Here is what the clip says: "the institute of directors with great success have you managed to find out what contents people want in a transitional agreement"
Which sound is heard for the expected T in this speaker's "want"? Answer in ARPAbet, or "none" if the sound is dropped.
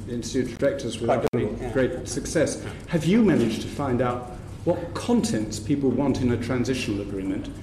T